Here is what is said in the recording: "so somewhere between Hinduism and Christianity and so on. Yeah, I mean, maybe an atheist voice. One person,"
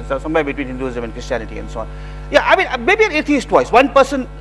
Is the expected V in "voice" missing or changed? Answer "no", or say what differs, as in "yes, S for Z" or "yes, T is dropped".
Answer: yes, W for V